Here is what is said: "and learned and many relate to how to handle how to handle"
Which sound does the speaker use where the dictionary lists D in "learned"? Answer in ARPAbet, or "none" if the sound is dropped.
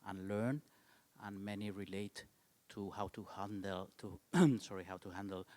none